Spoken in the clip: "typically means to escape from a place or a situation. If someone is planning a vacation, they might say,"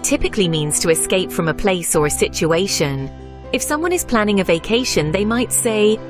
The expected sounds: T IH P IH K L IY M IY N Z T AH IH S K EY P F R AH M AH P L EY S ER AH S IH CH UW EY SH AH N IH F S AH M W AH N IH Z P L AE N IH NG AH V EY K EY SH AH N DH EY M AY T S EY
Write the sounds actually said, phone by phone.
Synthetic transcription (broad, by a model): T IH P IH K L IY M IY N Z T AH IH S K EY P F R AH M AH P L EY S ER AH S IH CH UW EY SH AH N IH F S AH M W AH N IH Z P L AE N IH NG AH V EY K EY SH AH N DH EY M AY T S EY